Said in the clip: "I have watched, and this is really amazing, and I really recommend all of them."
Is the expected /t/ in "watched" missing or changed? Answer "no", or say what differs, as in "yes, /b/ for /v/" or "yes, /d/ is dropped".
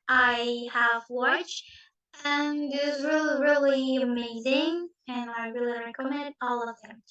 yes, /t/ is dropped